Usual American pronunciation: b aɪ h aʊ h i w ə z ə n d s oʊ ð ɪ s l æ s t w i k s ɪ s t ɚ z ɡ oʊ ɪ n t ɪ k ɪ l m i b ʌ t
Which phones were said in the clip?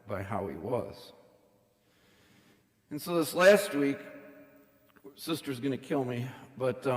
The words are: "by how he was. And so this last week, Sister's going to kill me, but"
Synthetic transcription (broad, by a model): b aɪ h aʊ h i w ə z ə n s oʊ ð ɪ s l æ s t w i k s ɪ s t ɚ z ɡ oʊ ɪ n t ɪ k ɪ l m i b ʌ t